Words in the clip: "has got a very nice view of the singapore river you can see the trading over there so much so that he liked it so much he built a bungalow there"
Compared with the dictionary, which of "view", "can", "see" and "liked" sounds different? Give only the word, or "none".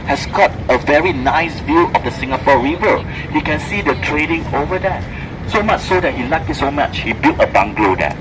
liked